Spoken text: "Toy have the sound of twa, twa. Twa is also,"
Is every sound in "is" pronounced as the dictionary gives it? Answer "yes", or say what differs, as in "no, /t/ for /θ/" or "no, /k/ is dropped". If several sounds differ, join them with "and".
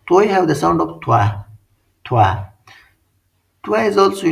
yes